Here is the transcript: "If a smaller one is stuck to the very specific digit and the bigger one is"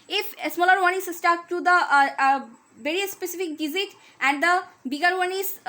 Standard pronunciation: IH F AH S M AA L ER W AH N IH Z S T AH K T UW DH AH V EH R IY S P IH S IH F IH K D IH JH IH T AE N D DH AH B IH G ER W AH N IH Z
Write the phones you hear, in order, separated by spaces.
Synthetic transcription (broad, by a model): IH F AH S M AA L ER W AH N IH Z S T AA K T UW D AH V EH R IY S P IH S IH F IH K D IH Z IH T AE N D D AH B IH G ER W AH N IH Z